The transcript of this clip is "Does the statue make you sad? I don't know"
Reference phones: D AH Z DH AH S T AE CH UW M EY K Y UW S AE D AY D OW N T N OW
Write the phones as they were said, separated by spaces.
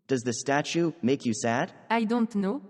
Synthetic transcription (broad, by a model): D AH Z DH AH S T AE CH UW M EY K Y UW S AE D AY D OW N T N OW